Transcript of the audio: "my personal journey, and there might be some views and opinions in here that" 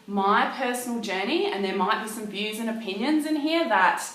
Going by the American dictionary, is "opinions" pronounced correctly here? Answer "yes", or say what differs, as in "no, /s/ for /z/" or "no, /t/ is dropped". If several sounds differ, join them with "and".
yes